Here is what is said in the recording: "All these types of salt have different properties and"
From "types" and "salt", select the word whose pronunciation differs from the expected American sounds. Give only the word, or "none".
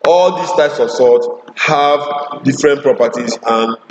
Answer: salt